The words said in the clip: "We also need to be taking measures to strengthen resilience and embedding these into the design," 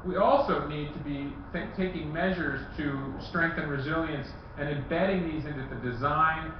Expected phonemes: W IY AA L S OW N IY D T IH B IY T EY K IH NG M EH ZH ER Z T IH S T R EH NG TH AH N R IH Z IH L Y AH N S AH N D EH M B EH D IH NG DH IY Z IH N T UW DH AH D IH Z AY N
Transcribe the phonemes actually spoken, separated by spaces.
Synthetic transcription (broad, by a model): W IY AA L S OW N IY D T IH B IY T EY K IH NG M EH ZH ER Z T IH S T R EH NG TH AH N R IH Z IH L Y AH N S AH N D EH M B EH D IH NG DH IY Z IH N T UW DH AH D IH Z AY N